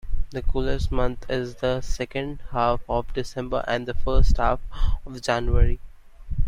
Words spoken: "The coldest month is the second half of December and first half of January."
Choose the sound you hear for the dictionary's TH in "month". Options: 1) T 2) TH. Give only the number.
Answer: 1